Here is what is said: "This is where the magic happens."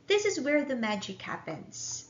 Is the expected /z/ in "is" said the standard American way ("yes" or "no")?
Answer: yes